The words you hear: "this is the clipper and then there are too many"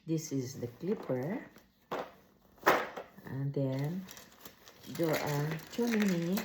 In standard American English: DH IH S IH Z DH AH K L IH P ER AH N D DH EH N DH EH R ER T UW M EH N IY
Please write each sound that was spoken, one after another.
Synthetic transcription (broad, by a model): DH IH S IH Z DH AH K L IH P ER AH N D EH N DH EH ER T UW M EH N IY